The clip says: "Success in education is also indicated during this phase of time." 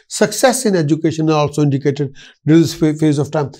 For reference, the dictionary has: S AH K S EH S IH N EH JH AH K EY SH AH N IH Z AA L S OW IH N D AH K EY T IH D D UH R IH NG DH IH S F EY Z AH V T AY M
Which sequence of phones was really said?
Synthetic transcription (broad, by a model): S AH K S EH S IH N EH JH AH K EY SH AH N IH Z AA L S OW IH N D AH K EY T IH D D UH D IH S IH F EY Z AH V T AY M